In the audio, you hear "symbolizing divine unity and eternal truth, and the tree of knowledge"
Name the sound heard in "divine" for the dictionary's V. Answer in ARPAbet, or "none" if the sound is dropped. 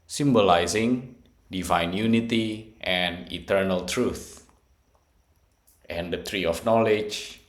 V